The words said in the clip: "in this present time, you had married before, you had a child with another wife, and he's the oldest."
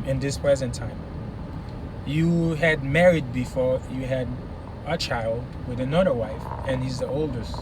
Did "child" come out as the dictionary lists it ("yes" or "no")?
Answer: yes